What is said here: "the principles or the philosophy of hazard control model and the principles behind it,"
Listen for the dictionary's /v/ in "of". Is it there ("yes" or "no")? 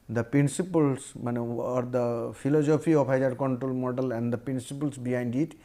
no